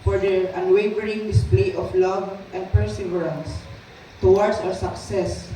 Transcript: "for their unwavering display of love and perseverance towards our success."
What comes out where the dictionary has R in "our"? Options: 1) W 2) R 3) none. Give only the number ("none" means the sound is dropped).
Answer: 1